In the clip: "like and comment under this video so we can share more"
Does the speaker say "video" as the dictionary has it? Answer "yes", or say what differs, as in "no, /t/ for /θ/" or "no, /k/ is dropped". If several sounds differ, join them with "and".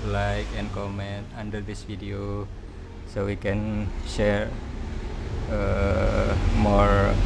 no, /f/ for /v/